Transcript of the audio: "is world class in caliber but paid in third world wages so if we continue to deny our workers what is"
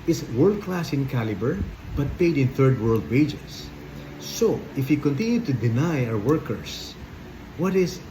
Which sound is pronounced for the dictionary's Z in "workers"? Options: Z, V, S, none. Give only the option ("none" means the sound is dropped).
S